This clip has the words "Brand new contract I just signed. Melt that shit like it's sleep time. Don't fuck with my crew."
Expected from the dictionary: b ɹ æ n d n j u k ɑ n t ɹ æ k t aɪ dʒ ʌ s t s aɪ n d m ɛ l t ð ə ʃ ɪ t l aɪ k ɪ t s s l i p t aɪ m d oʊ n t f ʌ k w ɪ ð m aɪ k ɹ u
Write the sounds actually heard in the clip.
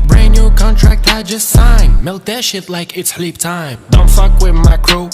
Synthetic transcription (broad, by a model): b ɹ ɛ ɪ n j u k ɑ n t ɹ æ k t aɪ dʒ ʌ s t s aɪ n m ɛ l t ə ʃ ɪ t l aɪ k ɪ t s s l i p t aɪ m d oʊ n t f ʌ k w ɪ ð m aɪ k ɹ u